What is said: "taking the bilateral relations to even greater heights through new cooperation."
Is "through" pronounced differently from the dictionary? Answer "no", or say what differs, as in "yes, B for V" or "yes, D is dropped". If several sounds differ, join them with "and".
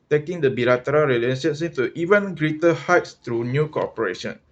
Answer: yes, T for TH